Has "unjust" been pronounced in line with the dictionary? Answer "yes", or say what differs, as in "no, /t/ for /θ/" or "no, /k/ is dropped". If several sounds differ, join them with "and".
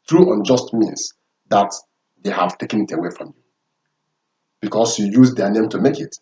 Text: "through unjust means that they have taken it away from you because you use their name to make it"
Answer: yes